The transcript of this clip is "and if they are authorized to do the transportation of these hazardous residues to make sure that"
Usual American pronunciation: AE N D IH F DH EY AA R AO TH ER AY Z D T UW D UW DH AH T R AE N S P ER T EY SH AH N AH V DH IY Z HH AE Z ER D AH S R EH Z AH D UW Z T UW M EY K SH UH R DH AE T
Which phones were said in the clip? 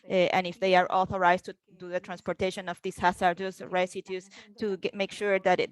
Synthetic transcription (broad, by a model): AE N IH F DH EY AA R AO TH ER AY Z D T UW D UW DH AH T R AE N S P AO T EY SH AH N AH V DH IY S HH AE S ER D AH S R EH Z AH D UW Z T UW M EY K SH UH R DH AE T